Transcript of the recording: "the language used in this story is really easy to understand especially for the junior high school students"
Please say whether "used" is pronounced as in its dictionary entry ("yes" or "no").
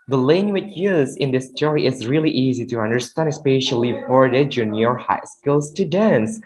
no